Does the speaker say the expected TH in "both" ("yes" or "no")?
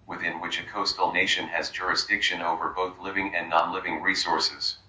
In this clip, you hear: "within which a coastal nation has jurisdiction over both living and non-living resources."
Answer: yes